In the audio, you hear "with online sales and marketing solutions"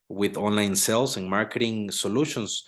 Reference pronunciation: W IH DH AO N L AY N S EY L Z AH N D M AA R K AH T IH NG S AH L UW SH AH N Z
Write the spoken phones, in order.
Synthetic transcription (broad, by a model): W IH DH AO N L AY N S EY L S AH N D M AA R K AH T IH NG S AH L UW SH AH N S